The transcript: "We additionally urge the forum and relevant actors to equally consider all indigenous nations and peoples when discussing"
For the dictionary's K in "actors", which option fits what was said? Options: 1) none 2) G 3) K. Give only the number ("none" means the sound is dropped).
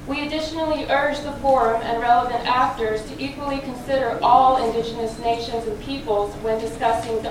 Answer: 3